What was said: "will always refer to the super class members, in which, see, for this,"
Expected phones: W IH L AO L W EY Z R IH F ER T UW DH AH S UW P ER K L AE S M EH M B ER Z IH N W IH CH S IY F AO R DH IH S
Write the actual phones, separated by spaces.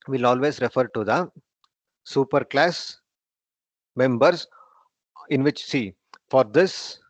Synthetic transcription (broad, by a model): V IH L AO L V EY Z R IH F ER T UW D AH S UW P ER K L AE S M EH M B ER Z IH N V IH CH S IY F AO R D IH S